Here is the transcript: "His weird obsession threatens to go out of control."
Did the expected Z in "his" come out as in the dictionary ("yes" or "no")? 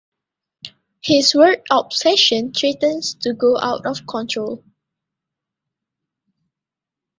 no